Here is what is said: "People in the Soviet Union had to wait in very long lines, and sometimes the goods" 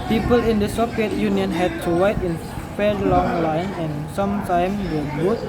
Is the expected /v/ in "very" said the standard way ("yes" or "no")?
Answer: no